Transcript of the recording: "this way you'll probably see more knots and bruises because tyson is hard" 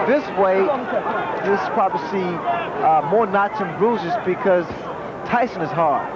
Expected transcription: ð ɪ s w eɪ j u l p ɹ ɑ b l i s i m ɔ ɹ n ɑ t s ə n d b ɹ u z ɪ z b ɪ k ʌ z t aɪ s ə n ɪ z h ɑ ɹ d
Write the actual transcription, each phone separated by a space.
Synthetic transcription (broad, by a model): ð ɪ s w eɪ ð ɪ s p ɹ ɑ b i s i m ɔ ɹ n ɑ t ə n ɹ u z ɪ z b ɪ k ʌ z t aɪ s ə n ɪ z h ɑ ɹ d